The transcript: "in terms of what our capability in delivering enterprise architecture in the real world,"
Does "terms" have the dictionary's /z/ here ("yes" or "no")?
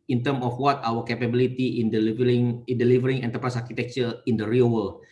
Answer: no